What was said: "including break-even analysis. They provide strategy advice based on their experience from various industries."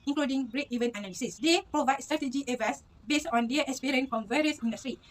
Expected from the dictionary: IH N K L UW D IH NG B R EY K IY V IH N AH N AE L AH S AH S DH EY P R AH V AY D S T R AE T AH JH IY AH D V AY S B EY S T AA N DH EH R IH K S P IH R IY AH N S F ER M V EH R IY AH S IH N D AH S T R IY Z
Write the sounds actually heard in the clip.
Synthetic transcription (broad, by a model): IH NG K L UW D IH NG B R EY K IY V IH N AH N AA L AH S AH S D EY P R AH V AY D S T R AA T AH JH IY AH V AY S B EY S T AA N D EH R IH K S P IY R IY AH N F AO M V EH R IY AH S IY N D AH S T R IY